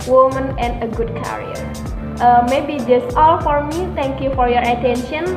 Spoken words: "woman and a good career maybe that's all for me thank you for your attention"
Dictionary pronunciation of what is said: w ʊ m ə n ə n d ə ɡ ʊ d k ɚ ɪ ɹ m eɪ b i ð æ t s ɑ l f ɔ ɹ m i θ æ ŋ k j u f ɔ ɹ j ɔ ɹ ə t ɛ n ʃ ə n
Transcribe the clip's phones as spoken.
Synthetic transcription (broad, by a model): w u m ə n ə n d ə ɡ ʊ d k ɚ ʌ ɹ m eɪ b i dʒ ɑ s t ɑ l f ɔ ɹ m i t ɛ ŋ k j u f ɔ ɹ j ɔ ɹ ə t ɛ n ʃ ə n